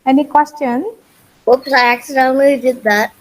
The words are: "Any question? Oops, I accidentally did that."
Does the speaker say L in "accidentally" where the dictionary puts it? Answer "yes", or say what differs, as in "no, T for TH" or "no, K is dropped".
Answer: no, L is dropped